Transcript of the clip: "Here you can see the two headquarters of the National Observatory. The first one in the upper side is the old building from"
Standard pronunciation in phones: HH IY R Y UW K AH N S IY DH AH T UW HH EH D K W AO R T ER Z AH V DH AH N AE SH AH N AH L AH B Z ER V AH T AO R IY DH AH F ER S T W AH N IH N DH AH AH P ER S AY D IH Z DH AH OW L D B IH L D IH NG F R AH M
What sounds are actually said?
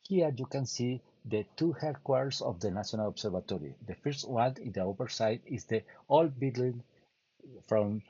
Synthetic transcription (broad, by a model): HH IY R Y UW K AH N S IY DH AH T UW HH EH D K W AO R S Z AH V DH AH N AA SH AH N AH L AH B S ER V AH T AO R IY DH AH F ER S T W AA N IH N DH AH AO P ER S AY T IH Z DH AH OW L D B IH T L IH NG F R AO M